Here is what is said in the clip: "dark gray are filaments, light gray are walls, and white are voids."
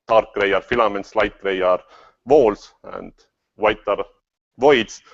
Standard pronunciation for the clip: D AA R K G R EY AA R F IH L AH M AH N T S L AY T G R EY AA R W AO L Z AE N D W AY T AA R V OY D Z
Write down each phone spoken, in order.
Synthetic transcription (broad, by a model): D AA R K R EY AA R F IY L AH M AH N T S L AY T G R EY AA R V AO L S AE N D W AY T AA R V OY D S